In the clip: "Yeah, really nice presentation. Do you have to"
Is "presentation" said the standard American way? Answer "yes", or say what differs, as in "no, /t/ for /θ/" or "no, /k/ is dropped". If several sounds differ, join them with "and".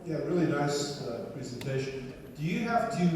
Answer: yes